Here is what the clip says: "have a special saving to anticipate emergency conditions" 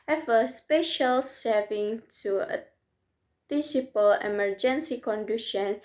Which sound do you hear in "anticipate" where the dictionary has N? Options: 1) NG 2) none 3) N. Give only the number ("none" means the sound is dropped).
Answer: 2